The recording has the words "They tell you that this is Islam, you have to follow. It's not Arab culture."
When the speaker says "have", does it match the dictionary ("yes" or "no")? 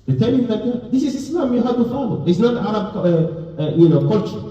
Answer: no